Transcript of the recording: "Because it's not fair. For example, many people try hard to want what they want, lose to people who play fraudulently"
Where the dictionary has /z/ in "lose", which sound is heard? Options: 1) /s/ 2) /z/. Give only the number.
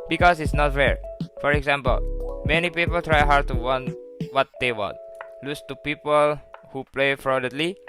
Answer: 1